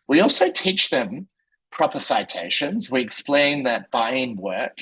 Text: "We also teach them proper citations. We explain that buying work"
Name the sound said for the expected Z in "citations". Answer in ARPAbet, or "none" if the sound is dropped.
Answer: Z